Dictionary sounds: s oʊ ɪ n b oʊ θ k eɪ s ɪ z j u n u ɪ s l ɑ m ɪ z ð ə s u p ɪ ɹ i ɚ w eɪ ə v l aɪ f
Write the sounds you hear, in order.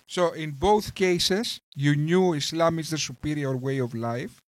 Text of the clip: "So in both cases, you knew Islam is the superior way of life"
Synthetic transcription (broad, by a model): s oʊ ɪ n b oʊ θ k eɪ s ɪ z j u n u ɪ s l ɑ m ɪ z ð ə s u p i ɹ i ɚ w eɪ ə v l aɪ f